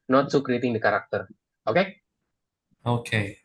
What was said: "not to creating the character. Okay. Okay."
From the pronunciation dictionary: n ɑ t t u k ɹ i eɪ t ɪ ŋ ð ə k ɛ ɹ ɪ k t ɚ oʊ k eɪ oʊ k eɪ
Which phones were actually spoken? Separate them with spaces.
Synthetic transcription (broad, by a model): n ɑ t s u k ɹ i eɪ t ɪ ŋ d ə k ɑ ɹ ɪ k t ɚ oʊ k eɪ oʊ k eɪ